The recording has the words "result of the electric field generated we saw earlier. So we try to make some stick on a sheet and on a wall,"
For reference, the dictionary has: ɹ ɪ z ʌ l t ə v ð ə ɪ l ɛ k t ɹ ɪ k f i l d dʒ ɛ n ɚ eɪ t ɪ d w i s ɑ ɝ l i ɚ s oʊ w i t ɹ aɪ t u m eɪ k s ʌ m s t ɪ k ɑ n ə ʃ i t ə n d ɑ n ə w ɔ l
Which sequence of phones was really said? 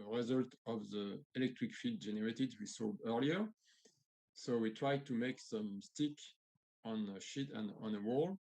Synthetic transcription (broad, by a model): ɹ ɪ z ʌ l t ə v ð ə ɪ l ɛ k t ɹ ɪ k f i d dʒ ɛ n ɚ eɪ t ɪ d w i s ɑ ɝ l i ɚ s oʊ w i t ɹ aɪ t u m eɪ k s ʌ m s t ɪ k ɑ n ə ʃ i t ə n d ɑ n ə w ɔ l